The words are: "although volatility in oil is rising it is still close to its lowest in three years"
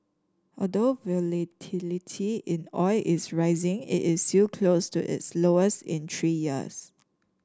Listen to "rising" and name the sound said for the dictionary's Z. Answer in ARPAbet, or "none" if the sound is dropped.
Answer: Z